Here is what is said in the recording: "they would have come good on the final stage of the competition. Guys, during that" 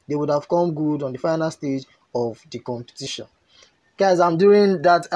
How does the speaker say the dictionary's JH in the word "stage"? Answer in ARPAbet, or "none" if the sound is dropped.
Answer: JH